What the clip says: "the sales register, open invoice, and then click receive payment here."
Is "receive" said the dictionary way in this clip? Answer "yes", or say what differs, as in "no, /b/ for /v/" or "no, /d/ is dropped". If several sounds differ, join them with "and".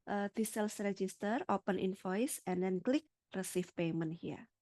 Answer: no, /f/ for /v/